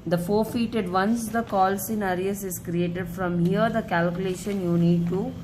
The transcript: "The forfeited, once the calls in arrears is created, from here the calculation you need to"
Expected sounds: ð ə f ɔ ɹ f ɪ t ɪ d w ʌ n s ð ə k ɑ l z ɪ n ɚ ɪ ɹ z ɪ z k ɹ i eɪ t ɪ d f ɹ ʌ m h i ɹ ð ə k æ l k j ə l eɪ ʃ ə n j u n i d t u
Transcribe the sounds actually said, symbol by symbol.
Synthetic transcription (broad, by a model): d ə f ɔ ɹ f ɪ t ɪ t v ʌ n s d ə k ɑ l s ɪ n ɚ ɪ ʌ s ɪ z k ɹ i eɪ t ɪ d f ɹ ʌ m h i ɹ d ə k æ l k j ə l eɪ ʃ ə n j u n i d t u